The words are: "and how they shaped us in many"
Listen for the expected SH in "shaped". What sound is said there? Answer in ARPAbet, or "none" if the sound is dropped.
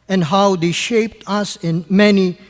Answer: SH